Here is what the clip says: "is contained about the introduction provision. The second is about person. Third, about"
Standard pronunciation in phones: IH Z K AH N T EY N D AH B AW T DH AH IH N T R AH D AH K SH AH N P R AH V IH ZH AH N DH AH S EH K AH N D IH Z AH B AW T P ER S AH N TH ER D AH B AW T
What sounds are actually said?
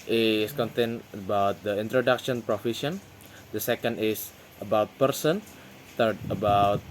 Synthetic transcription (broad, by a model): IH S K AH N T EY N AH B AW T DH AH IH N T R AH D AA K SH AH N P R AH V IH SH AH N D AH S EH K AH N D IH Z AH B AW T P ER S AH N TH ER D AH B AW T